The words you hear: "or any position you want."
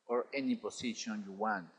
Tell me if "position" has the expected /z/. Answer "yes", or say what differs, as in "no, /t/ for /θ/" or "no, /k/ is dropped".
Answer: no, /s/ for /z/